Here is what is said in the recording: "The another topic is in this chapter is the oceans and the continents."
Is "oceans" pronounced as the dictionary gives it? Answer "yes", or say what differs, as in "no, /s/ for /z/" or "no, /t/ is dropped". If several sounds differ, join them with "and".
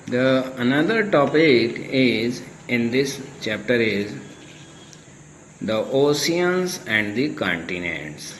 no, /s/ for /ʃ/